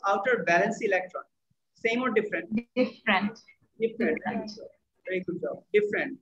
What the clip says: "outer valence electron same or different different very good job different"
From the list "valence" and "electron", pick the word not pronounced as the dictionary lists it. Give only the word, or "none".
valence